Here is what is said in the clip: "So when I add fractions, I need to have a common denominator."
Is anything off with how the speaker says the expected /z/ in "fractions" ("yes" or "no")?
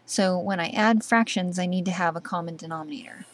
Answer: no